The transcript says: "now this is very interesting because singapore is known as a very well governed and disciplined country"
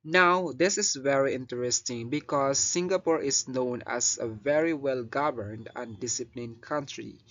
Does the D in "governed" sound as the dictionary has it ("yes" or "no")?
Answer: yes